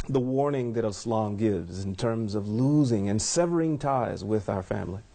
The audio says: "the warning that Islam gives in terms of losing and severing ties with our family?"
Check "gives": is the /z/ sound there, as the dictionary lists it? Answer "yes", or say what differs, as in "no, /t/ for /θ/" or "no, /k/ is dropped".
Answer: yes